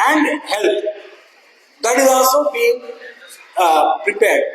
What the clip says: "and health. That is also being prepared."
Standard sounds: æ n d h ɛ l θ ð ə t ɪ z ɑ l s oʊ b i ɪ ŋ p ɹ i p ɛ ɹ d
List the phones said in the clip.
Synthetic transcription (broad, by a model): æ n d h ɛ l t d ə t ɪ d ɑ s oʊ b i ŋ p ɹ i p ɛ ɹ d